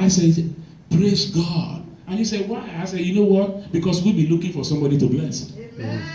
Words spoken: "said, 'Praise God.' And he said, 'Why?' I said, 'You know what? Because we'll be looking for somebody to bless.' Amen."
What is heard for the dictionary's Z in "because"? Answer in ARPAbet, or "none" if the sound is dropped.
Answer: S